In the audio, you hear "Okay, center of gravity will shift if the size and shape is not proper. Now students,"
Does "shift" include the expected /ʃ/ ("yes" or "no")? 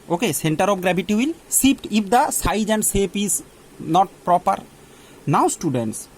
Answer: no